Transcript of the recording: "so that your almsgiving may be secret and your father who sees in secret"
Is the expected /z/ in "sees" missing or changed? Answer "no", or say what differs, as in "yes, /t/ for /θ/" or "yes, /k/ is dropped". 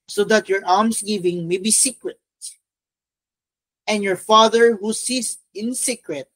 yes, /s/ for /z/